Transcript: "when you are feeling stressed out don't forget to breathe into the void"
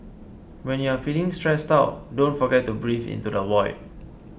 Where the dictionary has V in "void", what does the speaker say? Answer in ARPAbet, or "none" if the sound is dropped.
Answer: W